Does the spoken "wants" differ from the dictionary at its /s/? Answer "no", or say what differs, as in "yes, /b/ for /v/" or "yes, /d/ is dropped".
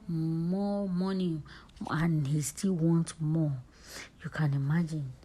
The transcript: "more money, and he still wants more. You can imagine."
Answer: yes, /s/ is dropped